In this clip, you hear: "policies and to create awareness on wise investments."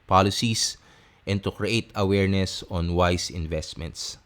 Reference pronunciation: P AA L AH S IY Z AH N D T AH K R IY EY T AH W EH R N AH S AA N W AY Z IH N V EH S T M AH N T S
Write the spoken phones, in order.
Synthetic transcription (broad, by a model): P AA L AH S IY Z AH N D T AH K R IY EY T AH W EH R N AH S AA N W AY S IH N V EH S T M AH N T S